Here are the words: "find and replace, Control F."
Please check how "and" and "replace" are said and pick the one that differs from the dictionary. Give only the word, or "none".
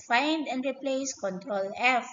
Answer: none